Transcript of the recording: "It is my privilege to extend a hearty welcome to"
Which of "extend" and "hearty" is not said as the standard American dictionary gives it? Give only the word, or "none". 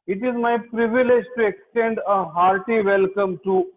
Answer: none